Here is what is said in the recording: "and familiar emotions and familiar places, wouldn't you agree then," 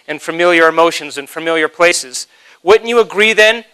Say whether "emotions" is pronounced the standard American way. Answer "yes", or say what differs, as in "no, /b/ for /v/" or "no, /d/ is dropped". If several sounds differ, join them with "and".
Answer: yes